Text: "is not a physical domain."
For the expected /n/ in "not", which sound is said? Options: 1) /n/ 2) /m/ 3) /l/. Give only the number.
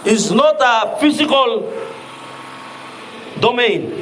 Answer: 1